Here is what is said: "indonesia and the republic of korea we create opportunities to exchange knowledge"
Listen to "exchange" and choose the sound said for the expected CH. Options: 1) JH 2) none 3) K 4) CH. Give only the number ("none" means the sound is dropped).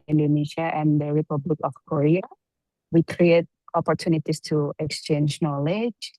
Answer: 4